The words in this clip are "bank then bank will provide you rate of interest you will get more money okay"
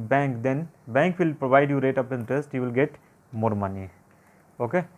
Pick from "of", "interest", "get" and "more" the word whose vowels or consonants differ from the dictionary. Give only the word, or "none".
of